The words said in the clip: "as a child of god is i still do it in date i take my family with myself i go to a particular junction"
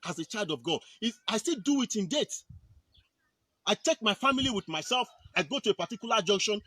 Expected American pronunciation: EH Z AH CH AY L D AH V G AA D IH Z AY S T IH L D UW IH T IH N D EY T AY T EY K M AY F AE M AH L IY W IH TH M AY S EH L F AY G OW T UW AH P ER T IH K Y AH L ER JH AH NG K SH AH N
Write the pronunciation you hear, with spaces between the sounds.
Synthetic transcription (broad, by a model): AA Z AH CH AY L D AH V G AA D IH AY S T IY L D UW IH T IH N D EY T AY T EY K M AY F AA M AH L IY W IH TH M AY S EH L F AY G OW T UW AH P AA T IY K Y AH L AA JH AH NG K SH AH N